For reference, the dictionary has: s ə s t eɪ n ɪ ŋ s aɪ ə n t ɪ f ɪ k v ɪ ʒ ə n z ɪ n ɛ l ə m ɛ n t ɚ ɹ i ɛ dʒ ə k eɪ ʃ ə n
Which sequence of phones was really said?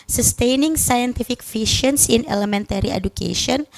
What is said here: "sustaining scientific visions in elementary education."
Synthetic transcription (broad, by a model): s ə s t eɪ n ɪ ŋ s aɪ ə n t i f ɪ k f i ʃ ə n s ɪ n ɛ l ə m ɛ n t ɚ ɹ i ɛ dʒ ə k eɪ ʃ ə n